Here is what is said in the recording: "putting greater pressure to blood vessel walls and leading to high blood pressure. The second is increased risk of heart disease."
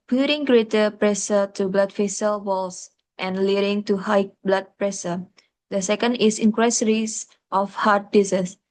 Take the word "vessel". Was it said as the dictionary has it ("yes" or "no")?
no